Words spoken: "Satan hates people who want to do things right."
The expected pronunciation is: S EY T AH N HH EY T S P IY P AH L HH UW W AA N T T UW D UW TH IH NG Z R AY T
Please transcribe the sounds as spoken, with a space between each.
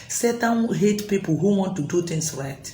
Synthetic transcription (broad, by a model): S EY T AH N HH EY T P IY P AH L HH UW W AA N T T UW D UW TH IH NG S R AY T